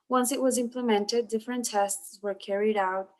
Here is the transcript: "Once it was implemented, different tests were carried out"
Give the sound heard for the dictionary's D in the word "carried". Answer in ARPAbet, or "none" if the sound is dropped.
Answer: D